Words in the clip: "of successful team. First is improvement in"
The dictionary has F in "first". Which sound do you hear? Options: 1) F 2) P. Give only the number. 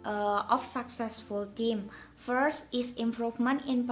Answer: 1